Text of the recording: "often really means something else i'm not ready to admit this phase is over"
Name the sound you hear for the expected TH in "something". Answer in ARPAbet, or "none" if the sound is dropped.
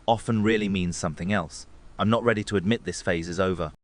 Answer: TH